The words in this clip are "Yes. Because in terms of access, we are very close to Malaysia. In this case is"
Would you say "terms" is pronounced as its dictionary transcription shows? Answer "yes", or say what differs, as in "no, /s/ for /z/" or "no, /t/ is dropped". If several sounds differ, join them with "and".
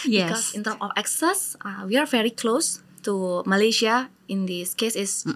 no, /z/ is dropped